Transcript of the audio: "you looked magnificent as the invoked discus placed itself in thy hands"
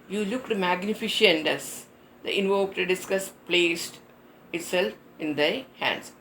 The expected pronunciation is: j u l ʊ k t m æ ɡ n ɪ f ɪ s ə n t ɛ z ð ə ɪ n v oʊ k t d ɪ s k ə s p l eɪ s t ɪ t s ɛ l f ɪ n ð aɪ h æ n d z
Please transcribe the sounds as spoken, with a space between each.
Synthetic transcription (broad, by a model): j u l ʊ k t m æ ɡ n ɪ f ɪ ʃ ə n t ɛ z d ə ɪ n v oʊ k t d ɪ s k ə s p l eɪ s t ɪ t s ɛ l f ɪ n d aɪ h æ n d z